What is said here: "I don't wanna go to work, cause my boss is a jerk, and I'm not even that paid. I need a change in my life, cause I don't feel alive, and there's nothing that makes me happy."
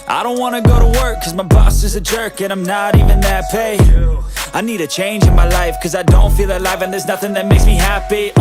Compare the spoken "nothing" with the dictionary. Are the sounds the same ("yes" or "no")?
yes